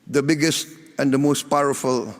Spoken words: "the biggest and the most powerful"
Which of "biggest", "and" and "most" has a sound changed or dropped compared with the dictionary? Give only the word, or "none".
none